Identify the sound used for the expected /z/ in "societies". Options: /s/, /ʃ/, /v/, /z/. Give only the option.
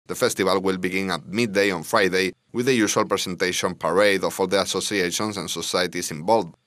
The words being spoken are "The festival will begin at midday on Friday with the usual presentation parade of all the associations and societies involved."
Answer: /s/